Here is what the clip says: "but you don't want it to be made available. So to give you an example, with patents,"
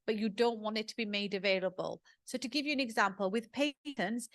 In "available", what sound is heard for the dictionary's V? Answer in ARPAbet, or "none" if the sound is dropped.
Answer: V